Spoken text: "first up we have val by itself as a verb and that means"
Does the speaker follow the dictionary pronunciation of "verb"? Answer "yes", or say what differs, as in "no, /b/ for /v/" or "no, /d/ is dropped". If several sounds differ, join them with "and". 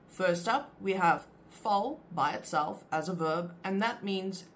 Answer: yes